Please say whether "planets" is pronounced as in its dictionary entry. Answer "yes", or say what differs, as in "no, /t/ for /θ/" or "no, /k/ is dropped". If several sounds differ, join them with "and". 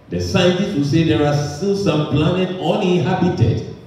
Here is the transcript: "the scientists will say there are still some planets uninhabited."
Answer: no, /s/ is dropped